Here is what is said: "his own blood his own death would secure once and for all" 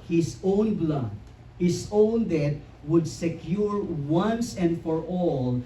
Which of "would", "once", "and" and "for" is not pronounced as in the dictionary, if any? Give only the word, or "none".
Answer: none